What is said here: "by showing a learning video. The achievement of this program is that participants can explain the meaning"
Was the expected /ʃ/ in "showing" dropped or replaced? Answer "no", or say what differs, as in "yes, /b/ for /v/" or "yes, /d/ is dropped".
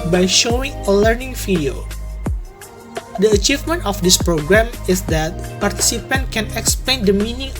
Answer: no